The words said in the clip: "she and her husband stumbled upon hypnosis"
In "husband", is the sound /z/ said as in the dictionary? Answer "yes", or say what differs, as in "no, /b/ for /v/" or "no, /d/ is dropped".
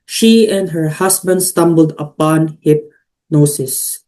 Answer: no, /s/ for /z/